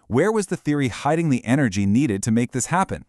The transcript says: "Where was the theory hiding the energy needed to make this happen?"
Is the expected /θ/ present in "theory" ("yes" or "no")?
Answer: yes